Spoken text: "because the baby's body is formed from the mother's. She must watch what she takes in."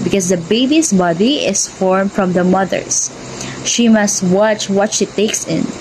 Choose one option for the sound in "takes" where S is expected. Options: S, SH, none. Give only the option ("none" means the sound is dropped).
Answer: S